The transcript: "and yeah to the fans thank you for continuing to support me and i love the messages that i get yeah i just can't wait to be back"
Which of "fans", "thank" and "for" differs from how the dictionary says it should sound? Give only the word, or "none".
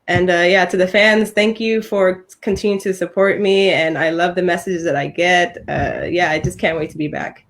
none